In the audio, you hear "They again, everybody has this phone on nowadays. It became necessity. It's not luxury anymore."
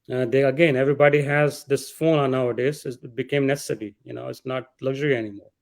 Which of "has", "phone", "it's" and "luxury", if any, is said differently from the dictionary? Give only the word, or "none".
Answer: none